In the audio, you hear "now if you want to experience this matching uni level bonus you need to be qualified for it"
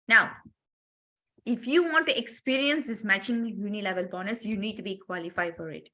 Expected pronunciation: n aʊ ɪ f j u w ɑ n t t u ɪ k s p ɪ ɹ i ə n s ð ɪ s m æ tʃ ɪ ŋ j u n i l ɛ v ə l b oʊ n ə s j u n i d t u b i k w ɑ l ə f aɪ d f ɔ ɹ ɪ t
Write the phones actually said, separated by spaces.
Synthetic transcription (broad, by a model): n aʊ ɪ f j u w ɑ n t t u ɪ k s p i ɹ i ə n s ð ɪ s m æ tʃ ɪ ŋ j u n i l ɛ v ə l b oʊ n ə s j u n i d t u b i k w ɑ l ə f aɪ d f ɔ ɹ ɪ t